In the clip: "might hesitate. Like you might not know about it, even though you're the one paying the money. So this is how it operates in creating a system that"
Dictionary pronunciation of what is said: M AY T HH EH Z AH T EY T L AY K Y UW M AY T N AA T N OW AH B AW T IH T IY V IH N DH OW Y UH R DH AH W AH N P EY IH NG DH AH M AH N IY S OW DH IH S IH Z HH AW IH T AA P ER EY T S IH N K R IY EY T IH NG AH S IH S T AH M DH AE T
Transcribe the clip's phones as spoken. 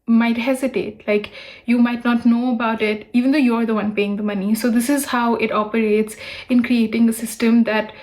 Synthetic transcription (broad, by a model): M AY T HH EH Z AH T EY T L AY K Y UW M AY T N AA T N OW AH B AW T IH T IY V IH N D OW Y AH R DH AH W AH N P EY IH NG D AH M AH N IY S OW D IH S IH Z HH AW IH T AA P ER EY T S IH N K R IY EY T IH NG AH S IH S T AH M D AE T